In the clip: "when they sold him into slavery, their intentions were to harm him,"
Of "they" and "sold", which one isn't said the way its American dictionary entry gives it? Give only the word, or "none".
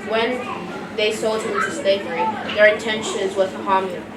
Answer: none